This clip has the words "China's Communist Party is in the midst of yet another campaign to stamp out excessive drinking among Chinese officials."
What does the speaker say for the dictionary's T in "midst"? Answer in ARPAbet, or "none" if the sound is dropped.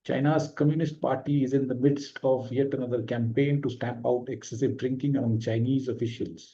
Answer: T